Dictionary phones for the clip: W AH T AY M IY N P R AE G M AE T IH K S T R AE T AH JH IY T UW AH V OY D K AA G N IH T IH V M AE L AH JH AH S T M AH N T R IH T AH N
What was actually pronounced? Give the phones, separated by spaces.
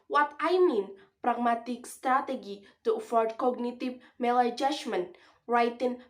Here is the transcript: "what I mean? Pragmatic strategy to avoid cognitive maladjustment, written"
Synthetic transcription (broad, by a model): W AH T AY M IY N P R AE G M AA T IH K S T R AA T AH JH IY T UW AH F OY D K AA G N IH T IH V M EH L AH JH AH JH M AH N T R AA T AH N